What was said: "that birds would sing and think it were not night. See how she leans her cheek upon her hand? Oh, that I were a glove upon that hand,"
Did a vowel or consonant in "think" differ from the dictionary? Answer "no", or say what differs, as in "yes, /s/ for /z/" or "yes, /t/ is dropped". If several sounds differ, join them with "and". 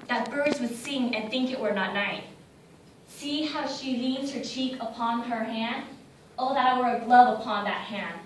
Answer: no